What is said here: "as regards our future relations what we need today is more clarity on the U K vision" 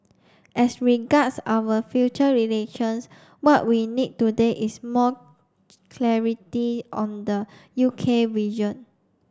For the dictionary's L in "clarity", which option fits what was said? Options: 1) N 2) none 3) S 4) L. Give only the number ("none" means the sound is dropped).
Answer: 4